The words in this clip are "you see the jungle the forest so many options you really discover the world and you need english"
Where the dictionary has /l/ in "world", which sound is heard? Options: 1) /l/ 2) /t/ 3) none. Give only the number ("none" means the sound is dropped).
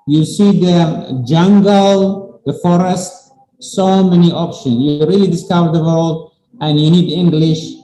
1